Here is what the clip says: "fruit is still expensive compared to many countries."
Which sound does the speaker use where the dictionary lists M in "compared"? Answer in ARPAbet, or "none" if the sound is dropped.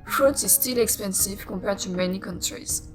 none